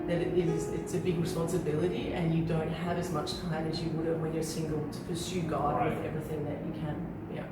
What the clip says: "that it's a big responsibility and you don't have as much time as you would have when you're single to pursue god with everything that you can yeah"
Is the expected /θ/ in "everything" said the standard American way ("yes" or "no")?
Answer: yes